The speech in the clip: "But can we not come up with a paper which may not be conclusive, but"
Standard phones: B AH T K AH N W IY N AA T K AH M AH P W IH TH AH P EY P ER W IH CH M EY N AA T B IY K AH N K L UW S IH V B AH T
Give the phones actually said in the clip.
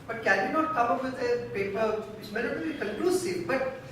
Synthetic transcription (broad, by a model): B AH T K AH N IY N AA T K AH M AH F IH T AH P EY P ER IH S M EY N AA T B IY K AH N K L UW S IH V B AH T